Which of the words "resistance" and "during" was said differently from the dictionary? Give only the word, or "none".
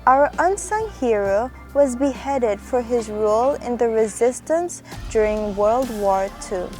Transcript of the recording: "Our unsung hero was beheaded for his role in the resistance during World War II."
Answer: none